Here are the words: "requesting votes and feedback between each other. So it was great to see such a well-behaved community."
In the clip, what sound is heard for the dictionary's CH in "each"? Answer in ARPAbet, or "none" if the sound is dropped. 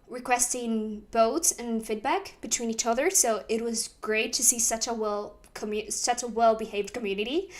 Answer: CH